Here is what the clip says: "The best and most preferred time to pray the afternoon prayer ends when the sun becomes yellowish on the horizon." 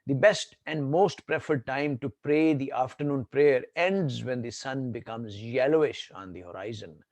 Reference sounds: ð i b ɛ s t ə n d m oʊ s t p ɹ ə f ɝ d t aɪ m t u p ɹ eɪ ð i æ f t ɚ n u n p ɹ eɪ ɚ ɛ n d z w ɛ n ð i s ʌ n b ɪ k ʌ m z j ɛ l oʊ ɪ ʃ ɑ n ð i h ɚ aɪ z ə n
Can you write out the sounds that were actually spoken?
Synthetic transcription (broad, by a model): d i b ɛ s t ə n d m oʊ s t p ɹ ə f ɝ d t aɪ m t u p ɹ eɪ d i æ f t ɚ n u n p ɹ eɪ ɚ ɛ n d z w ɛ n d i s ʌ n b ɪ k ʌ m z j ɛ l oʊ ɪ ʃ ɑ n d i h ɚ aɪ z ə n